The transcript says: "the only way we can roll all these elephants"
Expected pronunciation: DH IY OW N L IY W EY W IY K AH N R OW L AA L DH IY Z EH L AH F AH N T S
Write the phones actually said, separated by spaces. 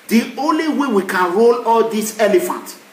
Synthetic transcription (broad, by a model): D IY OW N L IY W EY W IY K AH N R OW L AA L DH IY S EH L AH F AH N T